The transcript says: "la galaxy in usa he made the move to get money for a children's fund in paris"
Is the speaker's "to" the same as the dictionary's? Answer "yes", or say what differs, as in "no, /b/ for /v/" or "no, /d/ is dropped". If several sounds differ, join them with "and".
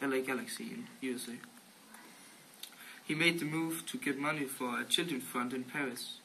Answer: yes